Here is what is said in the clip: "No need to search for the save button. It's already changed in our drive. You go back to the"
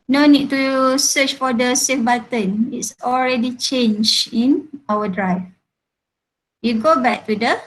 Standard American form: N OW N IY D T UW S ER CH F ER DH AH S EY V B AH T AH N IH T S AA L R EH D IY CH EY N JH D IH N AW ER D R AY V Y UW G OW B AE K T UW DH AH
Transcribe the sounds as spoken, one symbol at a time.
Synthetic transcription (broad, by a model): N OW N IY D T UW S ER CH F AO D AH S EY F B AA T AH N IH T S AA L R EH D IY CH EY N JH IH N AW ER D R AY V Y UW G OW B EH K T UW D AH